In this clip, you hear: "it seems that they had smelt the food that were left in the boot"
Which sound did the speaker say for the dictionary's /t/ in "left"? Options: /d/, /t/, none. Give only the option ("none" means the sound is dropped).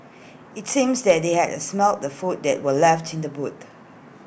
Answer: /t/